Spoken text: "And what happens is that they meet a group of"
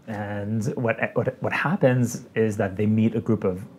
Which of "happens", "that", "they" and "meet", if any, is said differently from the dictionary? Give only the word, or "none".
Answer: none